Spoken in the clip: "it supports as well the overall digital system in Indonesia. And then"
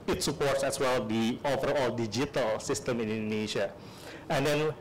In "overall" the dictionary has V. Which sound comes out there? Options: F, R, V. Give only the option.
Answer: F